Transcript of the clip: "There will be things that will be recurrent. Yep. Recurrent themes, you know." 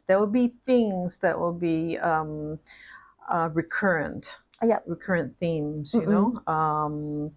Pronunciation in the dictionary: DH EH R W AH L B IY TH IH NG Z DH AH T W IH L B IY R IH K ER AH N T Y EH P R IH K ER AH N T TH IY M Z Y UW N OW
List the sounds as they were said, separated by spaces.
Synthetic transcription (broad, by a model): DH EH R W AH L B IY TH IH NG Z DH AH T W IH L B IY R IH K ER AH N T Y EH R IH K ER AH N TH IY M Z Y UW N OW